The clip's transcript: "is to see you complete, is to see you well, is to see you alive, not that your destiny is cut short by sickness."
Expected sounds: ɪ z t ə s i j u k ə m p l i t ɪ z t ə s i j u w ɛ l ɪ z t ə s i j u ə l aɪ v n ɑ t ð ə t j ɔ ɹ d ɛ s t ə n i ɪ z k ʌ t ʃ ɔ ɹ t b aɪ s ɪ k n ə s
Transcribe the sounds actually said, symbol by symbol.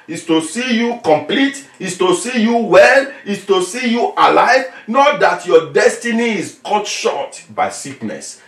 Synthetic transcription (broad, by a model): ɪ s t ə s i j u k ə m p l i t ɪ s t ə s i j u w ɛ l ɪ s t ə s i j u ə l aɪ v n ɑ t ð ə t j ɔ d ɛ s t ə n i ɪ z k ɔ t ʃ ɔ t b aɪ s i k n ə s